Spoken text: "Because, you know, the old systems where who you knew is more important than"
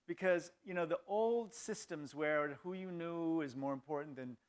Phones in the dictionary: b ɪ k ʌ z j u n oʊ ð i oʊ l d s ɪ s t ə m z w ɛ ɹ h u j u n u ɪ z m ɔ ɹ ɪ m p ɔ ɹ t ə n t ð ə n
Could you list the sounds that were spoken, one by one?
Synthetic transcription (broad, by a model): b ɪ k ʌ z j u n oʊ ð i oʊ l d s ɪ s t ə m z w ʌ ɹ h u j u n u ɪ z m ɔ ɹ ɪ m p ɔ ɹ t n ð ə n